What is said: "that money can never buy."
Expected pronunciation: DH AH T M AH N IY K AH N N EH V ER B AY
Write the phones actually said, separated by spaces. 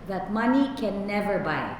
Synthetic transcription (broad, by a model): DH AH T M AH N IY K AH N N EH V ER B AY